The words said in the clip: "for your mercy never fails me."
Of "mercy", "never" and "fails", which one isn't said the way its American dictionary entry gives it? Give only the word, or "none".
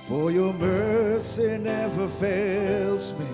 none